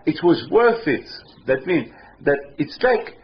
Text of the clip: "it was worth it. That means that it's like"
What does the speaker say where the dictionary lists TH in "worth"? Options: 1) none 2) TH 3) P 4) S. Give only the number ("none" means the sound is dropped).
2